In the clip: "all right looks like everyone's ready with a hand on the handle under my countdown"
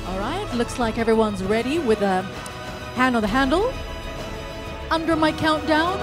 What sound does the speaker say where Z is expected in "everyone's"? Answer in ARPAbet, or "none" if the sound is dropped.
Z